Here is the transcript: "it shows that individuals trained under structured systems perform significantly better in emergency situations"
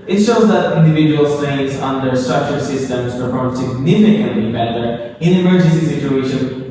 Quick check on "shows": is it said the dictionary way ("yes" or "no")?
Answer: yes